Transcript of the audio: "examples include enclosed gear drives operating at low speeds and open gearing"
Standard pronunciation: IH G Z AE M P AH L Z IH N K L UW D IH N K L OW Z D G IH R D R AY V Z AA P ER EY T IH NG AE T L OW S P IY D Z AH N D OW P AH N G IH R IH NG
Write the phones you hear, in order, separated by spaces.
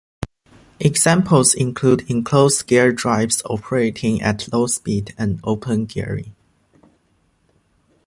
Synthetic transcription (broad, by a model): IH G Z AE M P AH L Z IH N K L UW D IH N K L OW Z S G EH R D R AY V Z AA P ER EY T IH NG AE T L OW S P IY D AH N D OW P AH N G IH R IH